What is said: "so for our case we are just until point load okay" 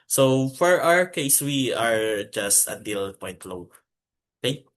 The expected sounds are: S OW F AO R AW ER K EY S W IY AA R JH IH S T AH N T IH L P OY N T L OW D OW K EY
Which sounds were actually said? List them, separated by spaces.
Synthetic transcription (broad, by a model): S OW F AO R AW ER K EY S W IY AA R JH IH S T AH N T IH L P OY N T L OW OW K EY